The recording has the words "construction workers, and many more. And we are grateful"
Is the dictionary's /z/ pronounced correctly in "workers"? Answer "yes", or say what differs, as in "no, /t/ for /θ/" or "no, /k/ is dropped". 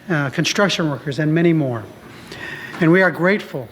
yes